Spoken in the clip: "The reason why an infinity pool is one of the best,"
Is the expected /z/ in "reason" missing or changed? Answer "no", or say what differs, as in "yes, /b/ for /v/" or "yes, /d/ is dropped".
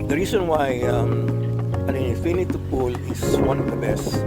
yes, /s/ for /z/